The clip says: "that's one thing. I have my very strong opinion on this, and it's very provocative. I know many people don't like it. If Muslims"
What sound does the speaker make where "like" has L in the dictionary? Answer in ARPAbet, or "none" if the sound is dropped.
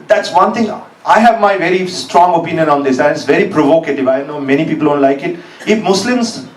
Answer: L